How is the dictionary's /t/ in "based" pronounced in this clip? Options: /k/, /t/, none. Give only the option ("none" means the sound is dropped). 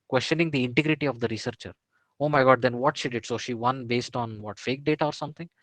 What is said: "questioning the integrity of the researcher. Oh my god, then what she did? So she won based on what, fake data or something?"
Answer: /t/